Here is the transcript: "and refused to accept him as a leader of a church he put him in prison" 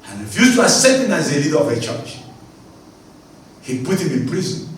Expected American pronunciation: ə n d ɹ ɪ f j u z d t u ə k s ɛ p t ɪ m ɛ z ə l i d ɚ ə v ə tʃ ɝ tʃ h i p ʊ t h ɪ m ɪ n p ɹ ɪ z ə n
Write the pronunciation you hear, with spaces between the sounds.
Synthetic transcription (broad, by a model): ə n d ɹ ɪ f j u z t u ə s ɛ t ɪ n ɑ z ə l i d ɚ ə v ə tʃ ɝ tʃ h i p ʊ t h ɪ m ɪ n p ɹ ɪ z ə n